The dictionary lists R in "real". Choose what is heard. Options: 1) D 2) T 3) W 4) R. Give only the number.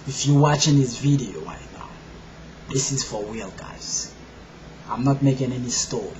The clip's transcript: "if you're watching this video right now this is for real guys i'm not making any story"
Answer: 3